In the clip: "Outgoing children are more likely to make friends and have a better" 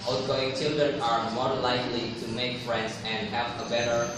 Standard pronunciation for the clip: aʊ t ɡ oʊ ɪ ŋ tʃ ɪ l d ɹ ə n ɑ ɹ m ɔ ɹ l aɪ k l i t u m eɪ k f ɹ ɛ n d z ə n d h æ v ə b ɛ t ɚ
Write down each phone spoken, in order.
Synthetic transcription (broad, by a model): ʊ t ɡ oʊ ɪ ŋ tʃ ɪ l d ə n ɑ ɹ m ɔ ɹ l aɪ k l i t u m eɪ k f ɹ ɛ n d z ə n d h æ v ə b ɛ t ɚ